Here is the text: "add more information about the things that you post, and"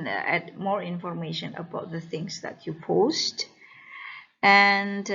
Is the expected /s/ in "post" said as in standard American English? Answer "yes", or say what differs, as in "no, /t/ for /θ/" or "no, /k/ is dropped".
yes